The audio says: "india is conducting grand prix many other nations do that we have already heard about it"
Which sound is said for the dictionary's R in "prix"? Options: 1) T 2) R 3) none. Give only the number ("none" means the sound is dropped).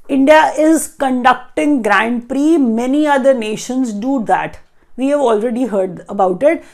2